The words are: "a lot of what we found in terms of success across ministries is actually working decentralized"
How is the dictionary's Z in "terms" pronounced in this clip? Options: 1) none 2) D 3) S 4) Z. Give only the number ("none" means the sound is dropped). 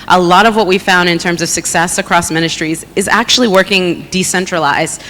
4